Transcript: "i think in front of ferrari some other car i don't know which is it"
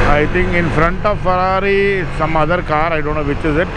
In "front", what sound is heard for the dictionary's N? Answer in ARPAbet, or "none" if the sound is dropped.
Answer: N